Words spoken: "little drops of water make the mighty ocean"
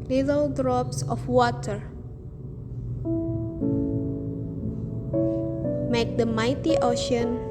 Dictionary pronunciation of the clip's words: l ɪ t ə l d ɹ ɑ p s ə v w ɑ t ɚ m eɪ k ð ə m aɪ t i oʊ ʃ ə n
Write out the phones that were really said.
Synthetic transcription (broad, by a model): l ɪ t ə l d ɹ ɑ p s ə f w ɑ t ɚ m eɪ k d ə m aɪ t i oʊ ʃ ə n